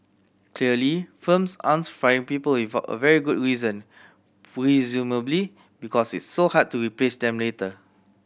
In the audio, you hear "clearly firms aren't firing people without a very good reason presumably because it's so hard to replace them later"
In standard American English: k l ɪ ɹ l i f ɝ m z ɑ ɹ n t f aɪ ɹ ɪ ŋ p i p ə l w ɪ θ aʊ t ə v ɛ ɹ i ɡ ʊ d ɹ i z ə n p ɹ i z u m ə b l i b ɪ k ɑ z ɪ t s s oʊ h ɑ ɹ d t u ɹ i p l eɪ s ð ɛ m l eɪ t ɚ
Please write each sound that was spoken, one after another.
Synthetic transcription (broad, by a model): k l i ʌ l i f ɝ m s ɑ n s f ɹ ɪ ŋ p i p ə l w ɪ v aʊ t ə v ɛ ɹ i ɡ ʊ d ɹ i z ə n p ɹ i z u m ə b l i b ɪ k ɑ s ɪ t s s oʊ h ɑ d t u ɹ i p l eɪ s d ɛ m l eɪ t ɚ